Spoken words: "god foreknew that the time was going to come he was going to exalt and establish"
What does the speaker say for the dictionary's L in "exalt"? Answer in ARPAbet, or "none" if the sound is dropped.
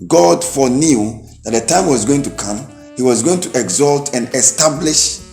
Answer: L